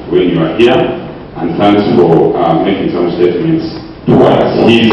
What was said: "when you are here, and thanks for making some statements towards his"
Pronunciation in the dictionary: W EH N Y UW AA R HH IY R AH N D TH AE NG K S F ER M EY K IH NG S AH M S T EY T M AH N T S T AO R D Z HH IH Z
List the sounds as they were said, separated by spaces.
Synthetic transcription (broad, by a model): W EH N Y UW AA R HH IY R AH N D TH AE NG K S F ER M EY K IH NG S AH M S T EY T M AH N T S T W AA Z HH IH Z